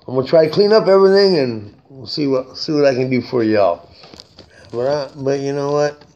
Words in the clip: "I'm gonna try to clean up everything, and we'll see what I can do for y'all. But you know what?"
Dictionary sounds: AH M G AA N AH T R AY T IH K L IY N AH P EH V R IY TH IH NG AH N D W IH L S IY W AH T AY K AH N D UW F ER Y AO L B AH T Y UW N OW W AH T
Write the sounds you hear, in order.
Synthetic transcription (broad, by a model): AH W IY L T R AY T IH K L IY N AH P EH V R IY TH IH NG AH N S W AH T S IY W AH T AY K AH N D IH F ER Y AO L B AH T Y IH N OW W AH T